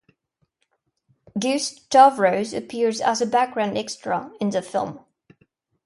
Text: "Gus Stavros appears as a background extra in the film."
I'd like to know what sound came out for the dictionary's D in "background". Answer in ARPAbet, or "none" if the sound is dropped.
D